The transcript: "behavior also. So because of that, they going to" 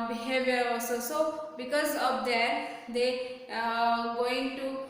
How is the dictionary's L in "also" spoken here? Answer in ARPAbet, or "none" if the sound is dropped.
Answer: none